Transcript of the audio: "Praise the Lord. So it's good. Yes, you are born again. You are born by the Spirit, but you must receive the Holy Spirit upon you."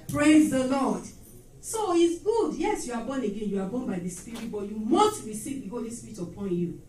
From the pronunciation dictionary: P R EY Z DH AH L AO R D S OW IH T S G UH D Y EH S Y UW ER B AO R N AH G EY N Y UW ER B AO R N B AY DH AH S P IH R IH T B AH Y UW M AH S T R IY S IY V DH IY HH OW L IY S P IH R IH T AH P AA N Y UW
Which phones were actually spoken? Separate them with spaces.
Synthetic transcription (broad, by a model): P R EY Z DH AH L AO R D S OW IH T S G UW D Y EH S Y UW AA B AO N AH G EY N Y UW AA B AO N B AY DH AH S P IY R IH T B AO Y UW M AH S T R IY S IY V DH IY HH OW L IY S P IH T AH P AA N Y UW